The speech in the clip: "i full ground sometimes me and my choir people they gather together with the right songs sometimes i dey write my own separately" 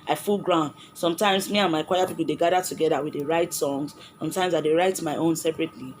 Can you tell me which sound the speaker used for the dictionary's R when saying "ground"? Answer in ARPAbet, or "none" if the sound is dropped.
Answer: R